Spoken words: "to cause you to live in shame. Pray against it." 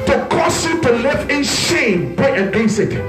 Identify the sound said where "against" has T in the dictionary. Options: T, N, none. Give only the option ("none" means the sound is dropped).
none